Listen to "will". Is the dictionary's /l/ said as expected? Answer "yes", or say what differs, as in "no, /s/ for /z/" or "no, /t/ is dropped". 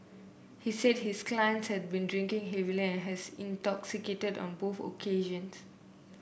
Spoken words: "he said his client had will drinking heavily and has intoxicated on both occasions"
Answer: no, /n/ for /l/